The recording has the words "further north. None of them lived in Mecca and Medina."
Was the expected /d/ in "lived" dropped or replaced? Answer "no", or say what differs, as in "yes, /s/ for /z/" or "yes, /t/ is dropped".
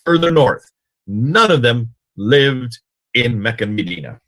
no